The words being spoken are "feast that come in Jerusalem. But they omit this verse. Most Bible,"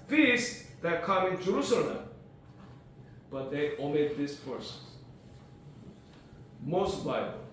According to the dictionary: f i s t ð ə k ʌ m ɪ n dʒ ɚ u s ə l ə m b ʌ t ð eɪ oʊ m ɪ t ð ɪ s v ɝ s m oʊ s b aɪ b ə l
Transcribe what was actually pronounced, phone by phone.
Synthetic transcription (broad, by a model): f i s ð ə k ʌ m ɪ n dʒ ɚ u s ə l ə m b ʌ t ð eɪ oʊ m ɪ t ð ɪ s p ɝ s m oʊ s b aɪ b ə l